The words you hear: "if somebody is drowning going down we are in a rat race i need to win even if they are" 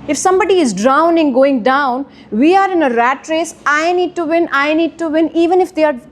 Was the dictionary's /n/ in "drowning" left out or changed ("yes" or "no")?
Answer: no